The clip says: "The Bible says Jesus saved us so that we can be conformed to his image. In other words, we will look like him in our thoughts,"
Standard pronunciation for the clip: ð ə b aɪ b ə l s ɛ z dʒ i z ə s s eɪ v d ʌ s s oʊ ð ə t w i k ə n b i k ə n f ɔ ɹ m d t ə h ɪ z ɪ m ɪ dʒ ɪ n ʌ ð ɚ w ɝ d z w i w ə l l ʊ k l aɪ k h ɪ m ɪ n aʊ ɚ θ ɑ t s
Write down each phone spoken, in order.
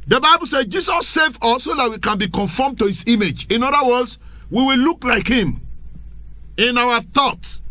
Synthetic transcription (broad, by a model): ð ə b aɪ b ə l s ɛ dʒ i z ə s s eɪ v ɔ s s oʊ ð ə t w i k ə n b i k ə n f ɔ m t ə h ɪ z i m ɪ dʒ ɪ n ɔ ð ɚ w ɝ d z w i w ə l l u k l aɪ k h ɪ m ɪ n aʊ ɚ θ ɑ t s